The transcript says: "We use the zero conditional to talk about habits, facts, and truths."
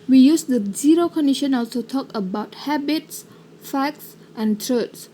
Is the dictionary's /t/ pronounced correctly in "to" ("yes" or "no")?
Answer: no